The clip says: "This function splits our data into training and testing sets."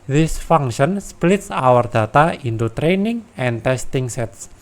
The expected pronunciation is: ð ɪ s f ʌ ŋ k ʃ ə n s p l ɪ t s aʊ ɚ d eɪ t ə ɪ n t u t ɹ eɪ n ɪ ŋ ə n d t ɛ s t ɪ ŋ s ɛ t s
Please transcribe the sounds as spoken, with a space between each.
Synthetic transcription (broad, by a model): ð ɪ s f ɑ ŋ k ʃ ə n s p l ɪ t s aʊ ɚ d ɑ t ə ɪ n t u t ɹ eɪ n ɪ ŋ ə n t ɛ s t ɪ ŋ s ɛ t s